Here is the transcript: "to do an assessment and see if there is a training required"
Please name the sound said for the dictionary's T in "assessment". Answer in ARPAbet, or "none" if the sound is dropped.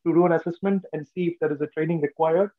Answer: T